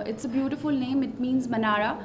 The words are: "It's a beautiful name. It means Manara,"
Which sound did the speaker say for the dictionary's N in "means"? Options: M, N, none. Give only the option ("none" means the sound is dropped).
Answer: N